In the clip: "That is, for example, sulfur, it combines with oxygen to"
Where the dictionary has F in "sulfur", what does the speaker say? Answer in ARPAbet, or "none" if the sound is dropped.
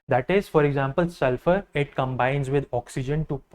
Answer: F